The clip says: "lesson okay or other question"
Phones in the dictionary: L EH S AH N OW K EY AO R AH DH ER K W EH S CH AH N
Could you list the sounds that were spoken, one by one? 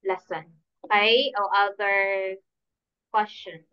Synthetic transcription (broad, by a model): L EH S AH N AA IH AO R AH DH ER K W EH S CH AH N